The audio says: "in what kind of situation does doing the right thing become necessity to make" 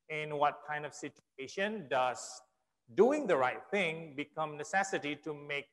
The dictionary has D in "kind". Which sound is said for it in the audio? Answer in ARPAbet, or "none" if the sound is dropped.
D